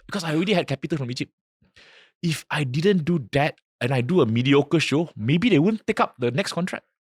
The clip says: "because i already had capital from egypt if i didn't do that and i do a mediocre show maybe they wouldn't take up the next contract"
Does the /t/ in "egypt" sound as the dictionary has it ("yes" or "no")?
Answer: no